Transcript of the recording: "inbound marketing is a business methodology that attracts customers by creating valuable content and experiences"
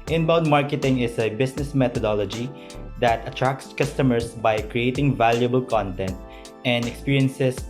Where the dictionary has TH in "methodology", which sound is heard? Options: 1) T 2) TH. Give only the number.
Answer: 1